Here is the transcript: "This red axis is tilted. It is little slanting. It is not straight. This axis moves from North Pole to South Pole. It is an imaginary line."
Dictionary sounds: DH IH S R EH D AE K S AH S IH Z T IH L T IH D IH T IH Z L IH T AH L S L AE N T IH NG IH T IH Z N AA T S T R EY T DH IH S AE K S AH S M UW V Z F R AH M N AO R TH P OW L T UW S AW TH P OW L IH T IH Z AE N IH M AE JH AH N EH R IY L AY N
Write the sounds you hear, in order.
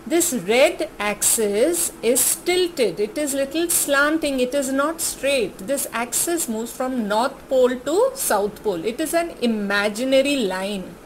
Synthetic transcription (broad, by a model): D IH S R EH D AE K S AH S IH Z T IH L T IH D IH T IH Z L IH T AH L S L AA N T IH NG IH T IH Z N AA T S T R EY T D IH S AE K S AH S M UW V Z F R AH M N AO R T P OW L T UW S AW T P OW L IH T IH Z AE N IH M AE JH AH N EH R IY L AY N